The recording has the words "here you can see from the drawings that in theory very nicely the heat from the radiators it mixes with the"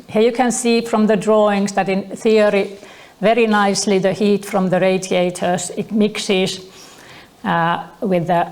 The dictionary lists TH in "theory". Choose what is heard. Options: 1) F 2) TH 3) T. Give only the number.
2